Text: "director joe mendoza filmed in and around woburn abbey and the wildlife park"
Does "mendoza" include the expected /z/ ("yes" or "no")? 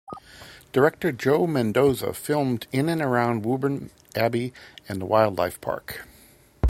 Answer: yes